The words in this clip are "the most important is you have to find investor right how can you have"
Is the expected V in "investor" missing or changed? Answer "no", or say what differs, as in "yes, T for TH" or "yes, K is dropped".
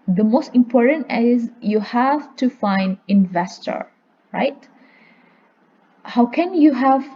no